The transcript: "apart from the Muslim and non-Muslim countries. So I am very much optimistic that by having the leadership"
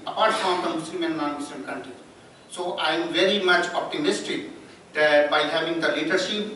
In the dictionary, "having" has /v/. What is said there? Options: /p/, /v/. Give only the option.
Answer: /v/